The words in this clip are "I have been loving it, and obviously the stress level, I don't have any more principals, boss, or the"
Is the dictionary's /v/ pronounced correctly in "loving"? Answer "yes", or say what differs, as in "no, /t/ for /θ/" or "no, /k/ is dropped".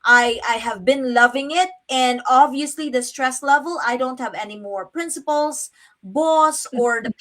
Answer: yes